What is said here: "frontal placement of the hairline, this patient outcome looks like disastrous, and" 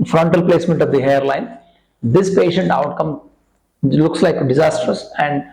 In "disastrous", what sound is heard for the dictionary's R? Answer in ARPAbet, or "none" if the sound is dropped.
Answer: none